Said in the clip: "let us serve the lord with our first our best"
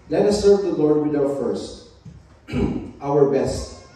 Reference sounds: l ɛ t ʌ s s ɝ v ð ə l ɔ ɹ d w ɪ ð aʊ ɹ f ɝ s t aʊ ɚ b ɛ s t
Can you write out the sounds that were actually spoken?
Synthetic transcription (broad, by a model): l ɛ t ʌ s s ɝ v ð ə l ɔ ɹ d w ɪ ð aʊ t f ɝ s t aʊ ɚ b ɛ s t